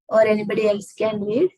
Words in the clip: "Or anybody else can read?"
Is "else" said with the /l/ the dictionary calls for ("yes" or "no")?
yes